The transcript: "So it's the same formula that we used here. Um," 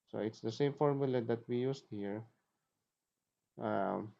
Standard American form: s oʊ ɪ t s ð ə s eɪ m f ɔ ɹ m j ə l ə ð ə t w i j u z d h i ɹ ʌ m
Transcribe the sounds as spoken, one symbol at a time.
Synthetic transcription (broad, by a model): s oʊ ɪ t s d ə s eɪ m f ɔ ɹ m j ə l ə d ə t w i j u s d h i ɹ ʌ m